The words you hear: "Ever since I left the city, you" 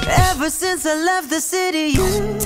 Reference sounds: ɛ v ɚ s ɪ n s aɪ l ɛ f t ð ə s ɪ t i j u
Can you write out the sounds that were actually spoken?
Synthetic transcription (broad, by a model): ɛ v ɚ s ɪ n s aɪ l ɛ f t ð ə s ɪ t i j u